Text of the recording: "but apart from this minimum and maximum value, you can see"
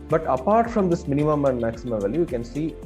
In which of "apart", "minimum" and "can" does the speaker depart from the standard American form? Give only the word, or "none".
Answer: none